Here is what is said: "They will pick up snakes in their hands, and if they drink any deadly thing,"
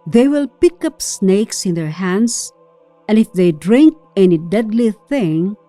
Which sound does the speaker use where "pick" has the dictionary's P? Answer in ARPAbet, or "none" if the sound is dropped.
P